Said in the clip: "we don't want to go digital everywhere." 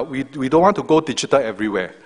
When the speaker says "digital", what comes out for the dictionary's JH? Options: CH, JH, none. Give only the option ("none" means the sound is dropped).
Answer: CH